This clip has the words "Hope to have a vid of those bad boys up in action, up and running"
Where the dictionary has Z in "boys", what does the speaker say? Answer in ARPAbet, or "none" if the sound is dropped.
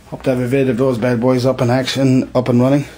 Z